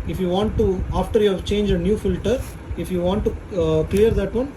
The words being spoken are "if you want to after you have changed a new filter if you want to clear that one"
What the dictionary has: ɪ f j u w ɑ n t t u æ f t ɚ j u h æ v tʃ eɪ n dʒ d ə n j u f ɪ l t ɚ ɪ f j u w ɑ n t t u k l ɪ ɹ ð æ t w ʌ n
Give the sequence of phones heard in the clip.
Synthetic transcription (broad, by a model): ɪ f j u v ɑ n t t u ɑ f t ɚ j u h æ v tʃ eɪ n dʒ ə n j u f ɪ l t ɚ ɪ f j u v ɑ n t t u k l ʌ ɹ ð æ t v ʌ n